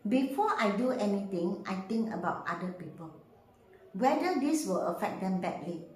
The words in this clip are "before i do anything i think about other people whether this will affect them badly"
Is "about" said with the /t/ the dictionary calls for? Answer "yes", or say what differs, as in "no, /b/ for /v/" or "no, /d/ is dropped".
yes